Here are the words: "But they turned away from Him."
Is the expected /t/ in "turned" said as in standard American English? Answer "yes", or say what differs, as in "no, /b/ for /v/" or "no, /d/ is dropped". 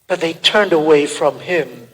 yes